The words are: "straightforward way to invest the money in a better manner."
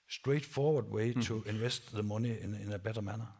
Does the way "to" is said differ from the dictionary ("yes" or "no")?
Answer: yes